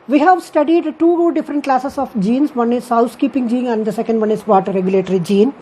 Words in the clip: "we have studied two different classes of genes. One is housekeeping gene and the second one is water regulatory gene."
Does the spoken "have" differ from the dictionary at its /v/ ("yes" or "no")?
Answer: no